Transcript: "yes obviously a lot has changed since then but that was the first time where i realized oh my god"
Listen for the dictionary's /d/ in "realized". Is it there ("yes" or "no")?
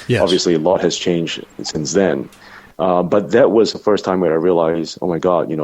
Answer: no